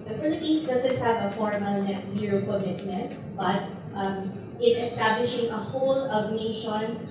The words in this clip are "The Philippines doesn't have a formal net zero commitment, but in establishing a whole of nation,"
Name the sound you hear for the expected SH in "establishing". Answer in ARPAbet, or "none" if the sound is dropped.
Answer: SH